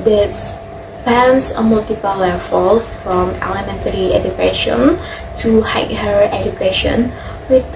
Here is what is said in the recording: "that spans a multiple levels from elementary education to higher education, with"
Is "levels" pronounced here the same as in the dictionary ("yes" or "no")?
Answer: no